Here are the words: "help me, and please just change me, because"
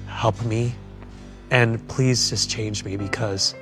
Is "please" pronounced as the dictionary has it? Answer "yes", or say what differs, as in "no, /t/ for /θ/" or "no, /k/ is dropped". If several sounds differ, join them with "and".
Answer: yes